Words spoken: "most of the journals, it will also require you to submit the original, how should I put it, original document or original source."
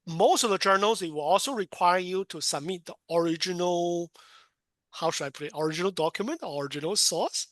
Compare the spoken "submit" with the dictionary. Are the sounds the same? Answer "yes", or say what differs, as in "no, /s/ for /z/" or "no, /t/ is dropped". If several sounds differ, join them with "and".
yes